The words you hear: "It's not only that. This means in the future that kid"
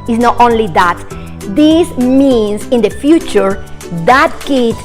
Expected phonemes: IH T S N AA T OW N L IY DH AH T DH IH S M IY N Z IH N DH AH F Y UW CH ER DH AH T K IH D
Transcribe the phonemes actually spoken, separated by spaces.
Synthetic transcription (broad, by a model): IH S N AA T OW N L IY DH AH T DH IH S M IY N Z IH N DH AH F Y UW CH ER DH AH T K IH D